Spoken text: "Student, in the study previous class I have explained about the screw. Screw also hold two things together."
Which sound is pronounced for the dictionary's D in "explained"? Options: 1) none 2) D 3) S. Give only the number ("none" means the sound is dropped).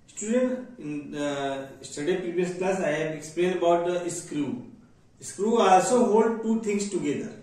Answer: 1